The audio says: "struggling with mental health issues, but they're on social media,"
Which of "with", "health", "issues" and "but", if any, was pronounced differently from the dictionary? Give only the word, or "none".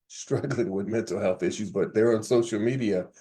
none